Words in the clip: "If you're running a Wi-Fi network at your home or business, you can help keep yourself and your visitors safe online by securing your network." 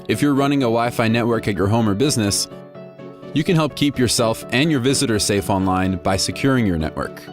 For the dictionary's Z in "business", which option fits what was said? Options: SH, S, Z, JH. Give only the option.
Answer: Z